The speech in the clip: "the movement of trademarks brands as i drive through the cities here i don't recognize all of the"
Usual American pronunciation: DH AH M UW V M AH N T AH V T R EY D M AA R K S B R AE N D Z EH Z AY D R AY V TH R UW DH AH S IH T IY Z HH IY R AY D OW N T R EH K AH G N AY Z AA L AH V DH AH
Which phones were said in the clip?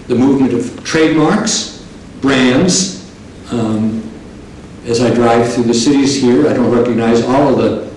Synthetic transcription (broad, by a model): DH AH M UW V M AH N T AH V T R EY D M AA R K S B R AE N D Z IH Z AY D R AY V TH R UW DH AH S IH T IY Z HH IY R AY D OW N T R EH K AH G N AY Z AA L AH V DH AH